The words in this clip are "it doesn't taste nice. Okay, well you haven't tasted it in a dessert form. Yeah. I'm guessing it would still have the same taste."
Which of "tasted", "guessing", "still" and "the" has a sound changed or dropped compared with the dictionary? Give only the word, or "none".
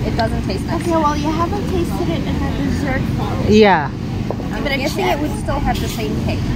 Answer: guessing